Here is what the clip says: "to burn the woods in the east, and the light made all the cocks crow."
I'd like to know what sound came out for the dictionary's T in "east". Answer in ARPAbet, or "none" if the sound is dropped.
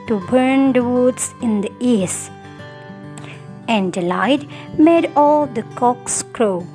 none